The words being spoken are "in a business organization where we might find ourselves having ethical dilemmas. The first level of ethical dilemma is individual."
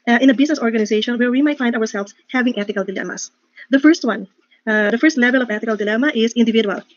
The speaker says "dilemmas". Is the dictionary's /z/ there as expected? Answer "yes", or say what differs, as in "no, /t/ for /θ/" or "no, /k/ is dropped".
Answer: no, /s/ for /z/